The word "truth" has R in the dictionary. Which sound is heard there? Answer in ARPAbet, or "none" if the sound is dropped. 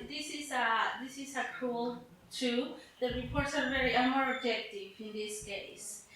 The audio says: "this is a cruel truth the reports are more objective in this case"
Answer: none